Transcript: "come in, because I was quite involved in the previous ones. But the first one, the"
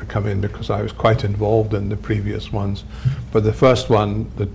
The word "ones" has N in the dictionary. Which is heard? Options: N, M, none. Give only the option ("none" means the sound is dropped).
N